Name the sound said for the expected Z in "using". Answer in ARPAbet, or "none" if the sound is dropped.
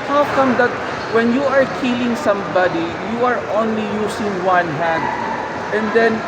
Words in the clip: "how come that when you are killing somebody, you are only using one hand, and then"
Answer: S